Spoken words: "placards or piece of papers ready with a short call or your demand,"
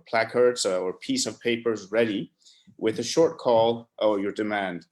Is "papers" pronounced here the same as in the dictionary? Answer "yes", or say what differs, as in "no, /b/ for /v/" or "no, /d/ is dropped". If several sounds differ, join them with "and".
yes